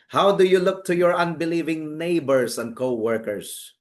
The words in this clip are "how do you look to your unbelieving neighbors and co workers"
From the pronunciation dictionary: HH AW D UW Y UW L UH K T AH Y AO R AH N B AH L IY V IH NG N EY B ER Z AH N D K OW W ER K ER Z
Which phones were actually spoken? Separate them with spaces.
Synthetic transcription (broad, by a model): HH AW D UW Y UW L UH K T AH Y AO R AH N B AH L IY V IH NG N EY B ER S AH N D K OW W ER K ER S